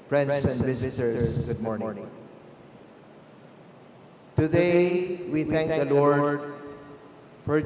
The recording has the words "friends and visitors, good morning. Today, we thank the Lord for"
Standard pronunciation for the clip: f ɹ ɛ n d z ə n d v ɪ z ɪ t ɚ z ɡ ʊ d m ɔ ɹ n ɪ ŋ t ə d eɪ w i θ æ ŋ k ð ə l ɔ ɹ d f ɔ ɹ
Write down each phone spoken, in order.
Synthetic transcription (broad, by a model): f ɹ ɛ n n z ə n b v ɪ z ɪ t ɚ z ɡ ʊ d m ɔ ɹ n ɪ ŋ t ə d eɪ w i t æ ŋ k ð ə l ɔ ɹ d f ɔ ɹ